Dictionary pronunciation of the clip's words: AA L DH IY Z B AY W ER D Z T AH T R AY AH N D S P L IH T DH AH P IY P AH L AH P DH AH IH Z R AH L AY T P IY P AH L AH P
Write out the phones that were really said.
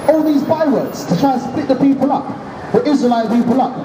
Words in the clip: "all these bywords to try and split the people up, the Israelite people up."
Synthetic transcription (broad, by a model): AA L DH IY Z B AY W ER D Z T AH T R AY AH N S P L IH T DH AH P IY P AH L AH P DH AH IH Z R AH L AY T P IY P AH L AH P